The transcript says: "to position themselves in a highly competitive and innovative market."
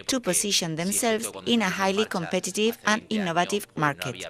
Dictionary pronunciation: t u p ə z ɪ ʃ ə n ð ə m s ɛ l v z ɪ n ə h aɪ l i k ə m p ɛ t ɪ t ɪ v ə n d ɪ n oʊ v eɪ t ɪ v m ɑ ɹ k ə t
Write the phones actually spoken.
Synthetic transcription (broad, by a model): t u p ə s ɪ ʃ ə n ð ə m s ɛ l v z ɪ n ə h aɪ l i k ə m p ɛ t ɪ t ɪ v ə n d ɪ n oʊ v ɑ t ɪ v m ɑ ɹ k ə t